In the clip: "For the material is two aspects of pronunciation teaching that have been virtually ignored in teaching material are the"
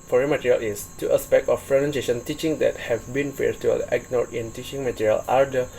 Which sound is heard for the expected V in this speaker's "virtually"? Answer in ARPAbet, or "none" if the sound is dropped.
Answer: F